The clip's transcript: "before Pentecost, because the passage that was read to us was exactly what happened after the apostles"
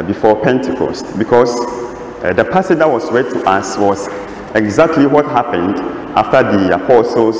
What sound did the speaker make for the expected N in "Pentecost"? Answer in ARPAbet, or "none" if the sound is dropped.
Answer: N